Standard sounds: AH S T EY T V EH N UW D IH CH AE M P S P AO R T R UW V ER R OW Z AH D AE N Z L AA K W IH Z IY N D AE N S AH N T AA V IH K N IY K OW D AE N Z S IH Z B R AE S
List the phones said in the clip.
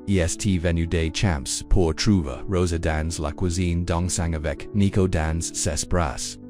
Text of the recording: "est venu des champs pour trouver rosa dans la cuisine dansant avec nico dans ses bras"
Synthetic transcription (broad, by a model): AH S T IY V EH N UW D IH CH AE M P S P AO R T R UW V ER R OW Z AH D AE N Z L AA K W IH Z IY N D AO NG S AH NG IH V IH K N IY K OW D AE N Z S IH S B R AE S